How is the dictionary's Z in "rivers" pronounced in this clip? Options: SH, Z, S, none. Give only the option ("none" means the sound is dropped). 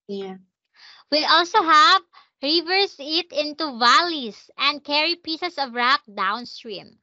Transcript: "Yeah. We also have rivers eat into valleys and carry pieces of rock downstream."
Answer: S